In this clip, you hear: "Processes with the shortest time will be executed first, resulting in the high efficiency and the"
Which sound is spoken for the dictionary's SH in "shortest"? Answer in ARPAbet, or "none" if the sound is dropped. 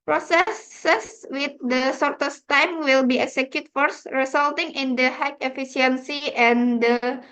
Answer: S